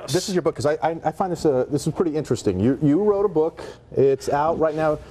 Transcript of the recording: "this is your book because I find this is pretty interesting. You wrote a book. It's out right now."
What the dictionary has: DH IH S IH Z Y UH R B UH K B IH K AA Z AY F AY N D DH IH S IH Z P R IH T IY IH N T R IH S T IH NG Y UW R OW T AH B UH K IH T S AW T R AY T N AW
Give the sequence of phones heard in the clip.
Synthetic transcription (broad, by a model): DH IH S IH Z Y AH R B UH K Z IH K AA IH AY F AY N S DH IH S IH Z P R IH T IY IH N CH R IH S T IH NG Y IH R OW T AH B UH K IH T S AW T R AY T N AW